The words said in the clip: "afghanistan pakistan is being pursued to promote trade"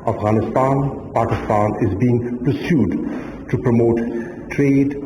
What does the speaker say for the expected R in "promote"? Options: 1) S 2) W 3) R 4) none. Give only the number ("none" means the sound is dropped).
3